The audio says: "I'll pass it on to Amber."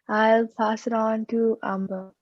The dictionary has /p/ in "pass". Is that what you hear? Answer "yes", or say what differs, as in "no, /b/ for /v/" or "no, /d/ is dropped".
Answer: yes